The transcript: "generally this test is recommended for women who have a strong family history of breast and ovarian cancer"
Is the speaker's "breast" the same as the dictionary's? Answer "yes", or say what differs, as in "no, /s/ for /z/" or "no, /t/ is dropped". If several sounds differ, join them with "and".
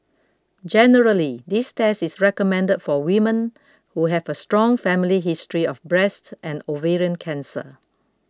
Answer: yes